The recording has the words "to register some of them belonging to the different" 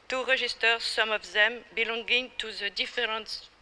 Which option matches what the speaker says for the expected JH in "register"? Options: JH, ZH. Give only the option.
ZH